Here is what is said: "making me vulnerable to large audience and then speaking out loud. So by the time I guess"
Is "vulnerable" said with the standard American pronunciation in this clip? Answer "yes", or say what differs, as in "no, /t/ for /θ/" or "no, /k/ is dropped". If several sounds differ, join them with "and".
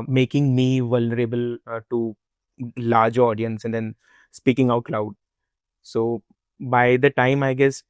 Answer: yes